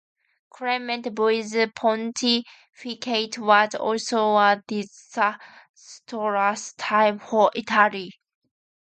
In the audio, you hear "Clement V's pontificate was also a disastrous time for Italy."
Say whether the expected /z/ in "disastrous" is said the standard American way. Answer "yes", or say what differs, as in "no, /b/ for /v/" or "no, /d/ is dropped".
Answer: no, /s/ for /z/